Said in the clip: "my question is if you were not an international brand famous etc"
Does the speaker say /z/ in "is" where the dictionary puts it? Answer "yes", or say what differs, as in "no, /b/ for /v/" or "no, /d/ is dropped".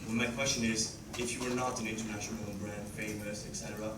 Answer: yes